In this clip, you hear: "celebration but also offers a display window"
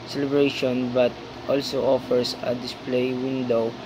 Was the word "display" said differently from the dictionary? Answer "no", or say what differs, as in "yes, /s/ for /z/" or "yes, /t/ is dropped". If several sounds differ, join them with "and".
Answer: no